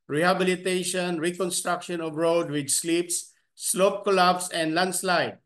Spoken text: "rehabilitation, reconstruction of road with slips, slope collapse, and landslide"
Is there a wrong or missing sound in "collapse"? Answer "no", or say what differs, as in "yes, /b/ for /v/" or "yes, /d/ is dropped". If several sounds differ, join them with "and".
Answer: yes, /b/ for /p/